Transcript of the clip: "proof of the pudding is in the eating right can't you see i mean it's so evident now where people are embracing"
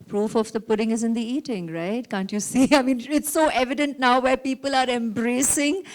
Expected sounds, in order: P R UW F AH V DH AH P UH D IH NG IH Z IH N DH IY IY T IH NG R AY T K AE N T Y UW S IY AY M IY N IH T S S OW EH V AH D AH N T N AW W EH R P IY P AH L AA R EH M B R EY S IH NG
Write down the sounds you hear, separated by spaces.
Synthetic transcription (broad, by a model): P R UW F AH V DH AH P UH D IH NG IH Z IH N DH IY IY T IH NG R AY T K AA N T Y UW S IY AY M IY N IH T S S OW EH V AH D AH N T N AW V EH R P IY P AH L AA R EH M B R EY S IH NG